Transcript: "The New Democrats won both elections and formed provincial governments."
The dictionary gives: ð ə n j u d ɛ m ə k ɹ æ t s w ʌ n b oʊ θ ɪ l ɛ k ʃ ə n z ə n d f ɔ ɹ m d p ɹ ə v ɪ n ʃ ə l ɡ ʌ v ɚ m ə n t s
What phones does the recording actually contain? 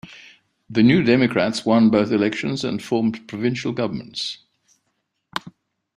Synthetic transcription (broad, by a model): ð ə n j u d ɛ m ə k ɹ æ t s w ʌ n b oʊ θ ɪ l ɛ k ʃ ə n z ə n f ɔ m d p ɹ ə v ɪ n ʃ ə l ɡ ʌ v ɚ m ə n t s